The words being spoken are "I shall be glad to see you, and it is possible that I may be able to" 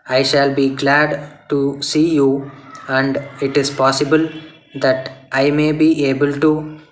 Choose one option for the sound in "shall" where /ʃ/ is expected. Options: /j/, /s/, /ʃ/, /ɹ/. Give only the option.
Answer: /ʃ/